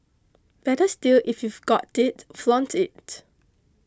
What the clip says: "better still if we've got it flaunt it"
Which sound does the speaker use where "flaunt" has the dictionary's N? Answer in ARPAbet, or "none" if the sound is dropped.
N